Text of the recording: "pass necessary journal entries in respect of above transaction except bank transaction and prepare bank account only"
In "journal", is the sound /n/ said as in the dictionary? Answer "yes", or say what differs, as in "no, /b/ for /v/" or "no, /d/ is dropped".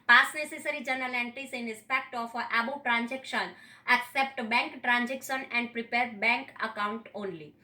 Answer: yes